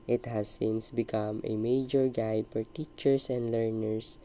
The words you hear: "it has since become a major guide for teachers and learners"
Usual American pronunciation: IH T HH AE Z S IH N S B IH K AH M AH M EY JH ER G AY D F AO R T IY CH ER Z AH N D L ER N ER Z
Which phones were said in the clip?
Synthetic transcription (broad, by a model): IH T HH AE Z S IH N S B IH K AH M AH M EY JH ER G AY D F AO R T IY CH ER S AH N D L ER N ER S